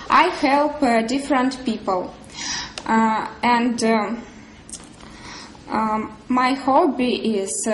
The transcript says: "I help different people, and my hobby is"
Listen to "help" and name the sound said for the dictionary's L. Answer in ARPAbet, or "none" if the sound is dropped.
L